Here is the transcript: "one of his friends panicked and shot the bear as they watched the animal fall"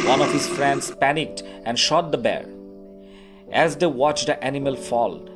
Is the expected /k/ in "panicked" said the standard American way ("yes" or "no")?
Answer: yes